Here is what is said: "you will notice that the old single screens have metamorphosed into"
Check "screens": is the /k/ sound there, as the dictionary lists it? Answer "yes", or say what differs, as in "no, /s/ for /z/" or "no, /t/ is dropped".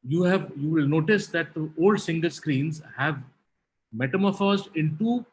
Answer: yes